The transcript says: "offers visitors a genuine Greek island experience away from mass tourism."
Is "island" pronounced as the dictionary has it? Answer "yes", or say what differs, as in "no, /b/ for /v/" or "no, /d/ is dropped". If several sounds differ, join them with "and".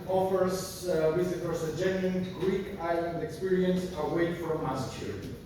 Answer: yes